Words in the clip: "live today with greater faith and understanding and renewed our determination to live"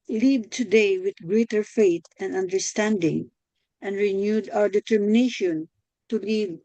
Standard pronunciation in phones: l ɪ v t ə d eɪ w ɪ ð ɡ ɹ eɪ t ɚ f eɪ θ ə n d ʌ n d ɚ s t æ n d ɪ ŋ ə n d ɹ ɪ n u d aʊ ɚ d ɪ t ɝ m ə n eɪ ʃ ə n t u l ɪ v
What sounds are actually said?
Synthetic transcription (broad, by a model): l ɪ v t ə d eɪ w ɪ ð ɡ ɹ eɪ t ɚ f eɪ t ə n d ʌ n d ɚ s t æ n d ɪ ŋ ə n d ɹ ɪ n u d aʊ ɚ d ɪ t ɝ m ə n eɪ ʃ ə n t u l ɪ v